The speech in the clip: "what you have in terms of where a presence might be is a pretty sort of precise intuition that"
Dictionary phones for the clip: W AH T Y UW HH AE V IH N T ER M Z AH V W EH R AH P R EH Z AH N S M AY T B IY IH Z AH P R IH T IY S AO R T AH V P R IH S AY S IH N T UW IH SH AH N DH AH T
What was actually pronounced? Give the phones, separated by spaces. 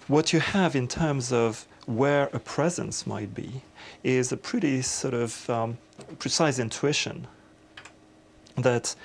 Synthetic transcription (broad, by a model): W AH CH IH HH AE V IH N T ER M Z AH V W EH R AH P R EH Z AH N S M AY T B IY IH Z AH P R IH T IY S AO R T AH V P R IH S AY S IH N T UW IH SH AH N DH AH T